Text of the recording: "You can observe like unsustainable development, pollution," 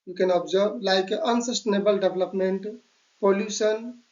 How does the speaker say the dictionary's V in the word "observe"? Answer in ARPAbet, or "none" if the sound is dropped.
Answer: B